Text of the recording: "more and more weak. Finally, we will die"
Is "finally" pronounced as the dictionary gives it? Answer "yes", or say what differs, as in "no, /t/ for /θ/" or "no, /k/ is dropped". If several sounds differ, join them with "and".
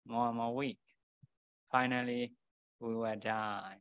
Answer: yes